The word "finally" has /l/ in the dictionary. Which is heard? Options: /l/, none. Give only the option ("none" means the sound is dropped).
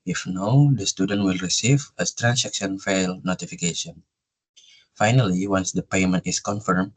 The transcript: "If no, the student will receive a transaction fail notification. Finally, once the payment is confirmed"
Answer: /l/